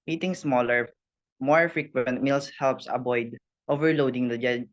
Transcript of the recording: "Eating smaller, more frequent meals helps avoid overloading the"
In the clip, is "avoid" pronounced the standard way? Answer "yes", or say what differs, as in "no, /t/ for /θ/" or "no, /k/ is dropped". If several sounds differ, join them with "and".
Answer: no, /b/ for /v/